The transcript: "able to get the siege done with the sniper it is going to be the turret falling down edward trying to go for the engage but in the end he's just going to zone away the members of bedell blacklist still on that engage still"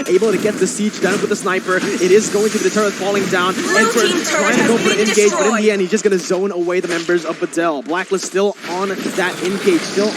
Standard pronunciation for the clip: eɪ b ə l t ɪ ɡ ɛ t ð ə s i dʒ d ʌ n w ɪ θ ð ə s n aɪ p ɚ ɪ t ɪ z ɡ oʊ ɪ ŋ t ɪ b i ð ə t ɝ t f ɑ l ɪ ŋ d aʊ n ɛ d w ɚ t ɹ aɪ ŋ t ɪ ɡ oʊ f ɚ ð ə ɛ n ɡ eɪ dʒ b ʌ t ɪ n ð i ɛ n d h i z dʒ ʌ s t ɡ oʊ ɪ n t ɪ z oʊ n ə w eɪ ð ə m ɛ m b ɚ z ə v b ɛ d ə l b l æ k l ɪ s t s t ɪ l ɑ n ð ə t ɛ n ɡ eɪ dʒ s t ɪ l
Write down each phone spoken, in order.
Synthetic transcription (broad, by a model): eɪ b l t ɪ ɡ ɛ t ð ə s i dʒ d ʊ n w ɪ ð ə s n aɪ p ɚ ɪ t ɪ z ɡ oʊ ɪ ŋ t ɪ b i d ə t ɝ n f ɑ l ɪ ŋ d aʊ n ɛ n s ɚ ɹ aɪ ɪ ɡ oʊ p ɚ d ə ɛ n ɡ eɪ dʒ b ʌ t ɪ n ð i ɛ n d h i z dʒ ʌ s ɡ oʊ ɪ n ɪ z oʊ n ə w eɪ ð ə m ɛ m b ɚ z ə v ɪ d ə l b l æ k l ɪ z s t ɪ l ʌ n ð ə t ɛ n ɡ eɪ dʒ s t ɪ l